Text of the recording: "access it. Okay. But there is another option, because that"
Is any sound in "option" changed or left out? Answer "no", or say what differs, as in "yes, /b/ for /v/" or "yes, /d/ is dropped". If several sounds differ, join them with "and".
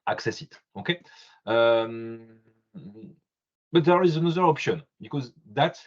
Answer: no